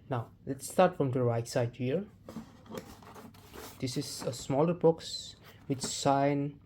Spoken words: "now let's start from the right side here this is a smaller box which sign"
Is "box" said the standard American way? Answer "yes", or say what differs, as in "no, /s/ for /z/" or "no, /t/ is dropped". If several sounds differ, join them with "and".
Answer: yes